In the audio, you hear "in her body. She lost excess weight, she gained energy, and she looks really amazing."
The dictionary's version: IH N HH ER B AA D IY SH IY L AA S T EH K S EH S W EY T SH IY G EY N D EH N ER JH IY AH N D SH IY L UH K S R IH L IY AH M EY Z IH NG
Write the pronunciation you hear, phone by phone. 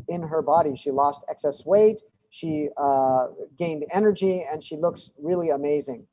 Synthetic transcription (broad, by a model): IH N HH ER B AA D IY SH IY L AA S T EH K S EH S W EY T SH IY G EY N D EH N ER JH IY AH N SH IY L UH K S R IH L IY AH M EY Z IH NG